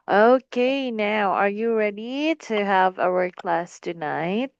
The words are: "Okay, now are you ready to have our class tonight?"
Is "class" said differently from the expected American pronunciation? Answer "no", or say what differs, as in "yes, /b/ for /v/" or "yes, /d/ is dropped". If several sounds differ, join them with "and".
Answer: no